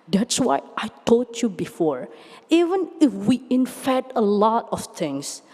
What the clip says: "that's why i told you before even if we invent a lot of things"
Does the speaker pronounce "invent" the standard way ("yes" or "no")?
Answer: no